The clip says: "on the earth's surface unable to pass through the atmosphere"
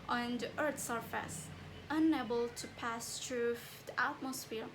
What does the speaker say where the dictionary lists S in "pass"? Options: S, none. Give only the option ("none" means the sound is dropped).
S